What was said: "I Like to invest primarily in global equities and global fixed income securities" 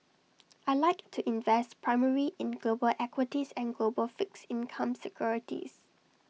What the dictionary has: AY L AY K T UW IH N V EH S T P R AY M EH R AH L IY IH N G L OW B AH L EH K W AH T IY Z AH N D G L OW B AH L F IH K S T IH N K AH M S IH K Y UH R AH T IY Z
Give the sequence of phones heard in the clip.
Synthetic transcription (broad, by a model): AY L AY K T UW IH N V EH S T P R AY M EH R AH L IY IH N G L OW B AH L EH K W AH T IY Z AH N G L OW B AH L F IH K S IH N K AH M S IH K Y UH R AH T IY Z